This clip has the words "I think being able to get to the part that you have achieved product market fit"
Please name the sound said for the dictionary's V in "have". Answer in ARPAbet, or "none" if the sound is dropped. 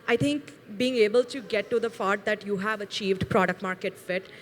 V